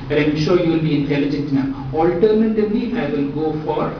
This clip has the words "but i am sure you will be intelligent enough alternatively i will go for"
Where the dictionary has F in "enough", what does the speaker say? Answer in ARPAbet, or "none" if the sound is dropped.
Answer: none